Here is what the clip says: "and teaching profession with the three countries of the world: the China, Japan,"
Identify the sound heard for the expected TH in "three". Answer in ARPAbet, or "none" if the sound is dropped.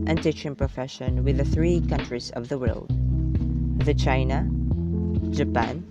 TH